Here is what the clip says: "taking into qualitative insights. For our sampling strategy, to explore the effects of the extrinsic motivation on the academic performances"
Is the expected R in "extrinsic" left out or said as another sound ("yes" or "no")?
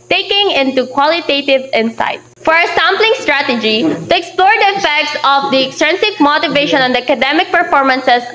yes